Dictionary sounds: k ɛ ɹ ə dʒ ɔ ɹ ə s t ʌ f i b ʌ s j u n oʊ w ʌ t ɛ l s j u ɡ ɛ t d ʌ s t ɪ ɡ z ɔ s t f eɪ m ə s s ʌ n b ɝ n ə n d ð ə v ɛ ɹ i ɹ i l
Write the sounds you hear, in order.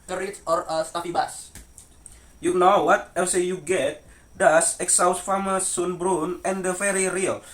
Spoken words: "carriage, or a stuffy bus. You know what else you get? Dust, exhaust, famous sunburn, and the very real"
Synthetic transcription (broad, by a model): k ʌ ɹ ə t ɔ ɹ ə s t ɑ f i b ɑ s j u n oʊ w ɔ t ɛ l s j u ɡ ɛ t d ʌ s ɪ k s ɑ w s f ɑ m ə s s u n b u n ə n d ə f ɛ ɹ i ɹ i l